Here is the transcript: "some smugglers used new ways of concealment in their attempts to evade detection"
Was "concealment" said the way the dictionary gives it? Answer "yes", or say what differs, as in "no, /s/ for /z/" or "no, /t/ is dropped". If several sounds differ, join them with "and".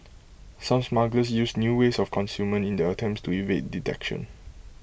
no, /l/ is dropped